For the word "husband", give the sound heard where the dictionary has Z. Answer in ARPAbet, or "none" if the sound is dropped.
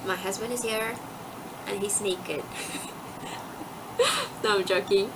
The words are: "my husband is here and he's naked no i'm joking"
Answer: Z